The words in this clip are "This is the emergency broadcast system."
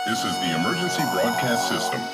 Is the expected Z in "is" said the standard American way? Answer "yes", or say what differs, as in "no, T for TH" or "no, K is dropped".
yes